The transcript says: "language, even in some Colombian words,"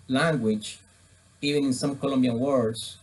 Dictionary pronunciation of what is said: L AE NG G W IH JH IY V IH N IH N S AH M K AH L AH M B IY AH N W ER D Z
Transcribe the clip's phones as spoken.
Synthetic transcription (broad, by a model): L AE NG G W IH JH IY V IH N IH N S AH M K AH L AH M B IY AH N W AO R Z